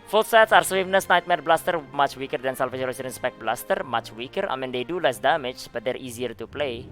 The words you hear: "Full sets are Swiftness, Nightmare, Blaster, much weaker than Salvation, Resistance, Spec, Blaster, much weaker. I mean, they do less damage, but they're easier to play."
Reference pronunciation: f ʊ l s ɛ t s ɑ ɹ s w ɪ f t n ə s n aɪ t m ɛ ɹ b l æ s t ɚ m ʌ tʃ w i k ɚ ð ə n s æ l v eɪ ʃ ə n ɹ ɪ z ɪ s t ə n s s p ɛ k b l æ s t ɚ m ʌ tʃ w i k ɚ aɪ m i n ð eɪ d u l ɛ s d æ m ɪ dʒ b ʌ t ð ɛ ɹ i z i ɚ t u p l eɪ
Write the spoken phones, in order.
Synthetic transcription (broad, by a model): f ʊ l s ɛ t s ɑ ɹ s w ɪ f n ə s n aɪ t m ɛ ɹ b l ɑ s t ɚ m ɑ tʃ w i k ɚ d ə n s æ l f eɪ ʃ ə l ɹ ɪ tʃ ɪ t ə n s s p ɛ k b l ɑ s t ɚ m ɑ tʃ w i k ɚ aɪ m i n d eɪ d u l ɛ s d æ m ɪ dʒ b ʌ t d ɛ ɹ i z i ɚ t u p l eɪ